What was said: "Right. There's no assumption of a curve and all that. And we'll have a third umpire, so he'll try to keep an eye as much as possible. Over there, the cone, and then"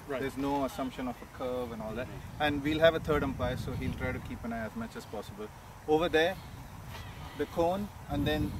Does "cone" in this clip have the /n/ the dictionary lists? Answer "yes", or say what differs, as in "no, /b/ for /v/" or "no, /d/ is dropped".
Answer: yes